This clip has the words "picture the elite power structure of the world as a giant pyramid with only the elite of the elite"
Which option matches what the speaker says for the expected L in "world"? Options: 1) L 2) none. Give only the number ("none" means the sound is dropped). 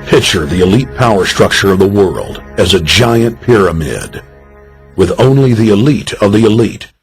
1